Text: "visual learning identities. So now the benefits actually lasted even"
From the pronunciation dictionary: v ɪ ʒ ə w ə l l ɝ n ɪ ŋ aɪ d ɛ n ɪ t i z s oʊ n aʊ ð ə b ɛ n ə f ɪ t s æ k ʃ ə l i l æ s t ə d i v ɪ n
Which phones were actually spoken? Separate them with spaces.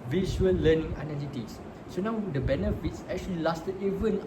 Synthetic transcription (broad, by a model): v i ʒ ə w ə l l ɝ n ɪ ŋ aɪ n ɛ l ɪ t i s s oʊ n aʊ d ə b ɛ n ə f ɪ t s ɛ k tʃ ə l i l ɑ s t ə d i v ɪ n